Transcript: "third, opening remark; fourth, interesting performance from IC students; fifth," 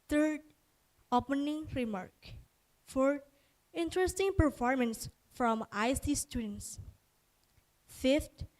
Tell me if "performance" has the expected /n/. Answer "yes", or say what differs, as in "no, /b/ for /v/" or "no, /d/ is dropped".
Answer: yes